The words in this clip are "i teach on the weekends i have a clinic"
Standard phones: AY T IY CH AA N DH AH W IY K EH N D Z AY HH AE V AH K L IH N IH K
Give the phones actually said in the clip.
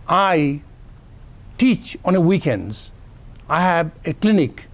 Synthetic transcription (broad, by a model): AY T IY CH AA N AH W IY K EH N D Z AY HH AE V AH K L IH N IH K